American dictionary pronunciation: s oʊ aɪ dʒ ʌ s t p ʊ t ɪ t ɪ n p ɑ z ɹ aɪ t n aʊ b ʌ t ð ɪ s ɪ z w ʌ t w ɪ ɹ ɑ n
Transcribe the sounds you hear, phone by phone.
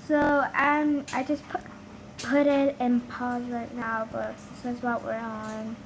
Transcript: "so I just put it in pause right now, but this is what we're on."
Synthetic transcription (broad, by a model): s oʊ aɪ dʒ ʌ s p p ʊ t ɪ t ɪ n p ɑ z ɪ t n aʊ b ʌ t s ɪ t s w ʌ t w ɪ ɹ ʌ n